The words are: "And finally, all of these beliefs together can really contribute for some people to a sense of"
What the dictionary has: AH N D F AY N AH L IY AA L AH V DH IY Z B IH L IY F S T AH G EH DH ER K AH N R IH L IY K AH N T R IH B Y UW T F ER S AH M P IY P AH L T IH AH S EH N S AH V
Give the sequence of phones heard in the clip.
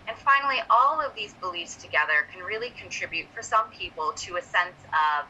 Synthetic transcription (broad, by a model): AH N F AY N L IY AA L AH V DH IY Z B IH L IY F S T AH G EH DH ER K N R IH L IY K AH N T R IH B Y UW T F ER S AH M P IY P L T IH AH S EH N S AH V